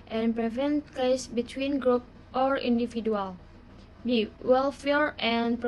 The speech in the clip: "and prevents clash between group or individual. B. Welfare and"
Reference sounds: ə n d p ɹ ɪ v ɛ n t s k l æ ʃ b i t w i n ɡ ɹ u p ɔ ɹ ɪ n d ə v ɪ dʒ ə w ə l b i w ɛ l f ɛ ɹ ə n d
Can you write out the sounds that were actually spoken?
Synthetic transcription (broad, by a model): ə n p ɹ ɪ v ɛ n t k ɛ s b i t w i n ɡ ɹ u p ɔ ɹ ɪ n d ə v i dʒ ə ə l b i w ɛ l f ɛ ɹ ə n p